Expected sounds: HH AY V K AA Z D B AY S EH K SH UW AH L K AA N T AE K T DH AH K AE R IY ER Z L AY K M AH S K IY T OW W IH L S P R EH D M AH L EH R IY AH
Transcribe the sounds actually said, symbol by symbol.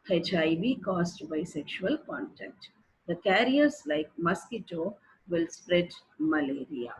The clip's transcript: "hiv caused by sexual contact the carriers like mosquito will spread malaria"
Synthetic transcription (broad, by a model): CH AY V K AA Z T B AY S EH K SH UW AH L K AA N T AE K T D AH K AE R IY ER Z L AY K M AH S K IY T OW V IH L S P R EH D M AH L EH R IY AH